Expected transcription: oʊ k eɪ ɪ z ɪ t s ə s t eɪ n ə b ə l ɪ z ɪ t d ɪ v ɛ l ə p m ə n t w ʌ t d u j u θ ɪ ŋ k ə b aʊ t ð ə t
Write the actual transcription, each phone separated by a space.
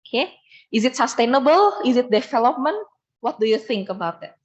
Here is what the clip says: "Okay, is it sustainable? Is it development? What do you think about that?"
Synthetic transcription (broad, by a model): k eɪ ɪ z ɪ t s ə s t eɪ n ə b ə l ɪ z ɪ t d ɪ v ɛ l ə p m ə n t w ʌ t d u j u θ ɪ ŋ k ə b aʊ t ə t